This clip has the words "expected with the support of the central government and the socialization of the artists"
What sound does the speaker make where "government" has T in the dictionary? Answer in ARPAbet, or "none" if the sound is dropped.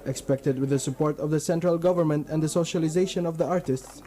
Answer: T